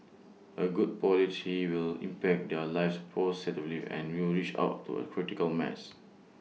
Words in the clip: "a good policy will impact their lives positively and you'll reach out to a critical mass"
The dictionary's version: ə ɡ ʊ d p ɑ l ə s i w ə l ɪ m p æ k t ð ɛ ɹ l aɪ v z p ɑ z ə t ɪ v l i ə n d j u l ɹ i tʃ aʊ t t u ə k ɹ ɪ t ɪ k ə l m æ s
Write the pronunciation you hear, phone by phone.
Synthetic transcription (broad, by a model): ə ɡ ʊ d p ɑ l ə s i w ə l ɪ m p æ k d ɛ l aɪ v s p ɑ s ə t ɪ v l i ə n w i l ɹ i tʃ aʊ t t u ə k ɹ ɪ t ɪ k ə l m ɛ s